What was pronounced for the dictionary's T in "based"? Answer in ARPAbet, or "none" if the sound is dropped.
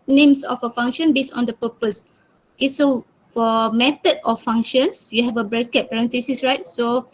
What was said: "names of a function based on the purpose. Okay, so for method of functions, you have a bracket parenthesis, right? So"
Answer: none